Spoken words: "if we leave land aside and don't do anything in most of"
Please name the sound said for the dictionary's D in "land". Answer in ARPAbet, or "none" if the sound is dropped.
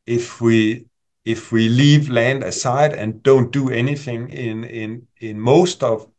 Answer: D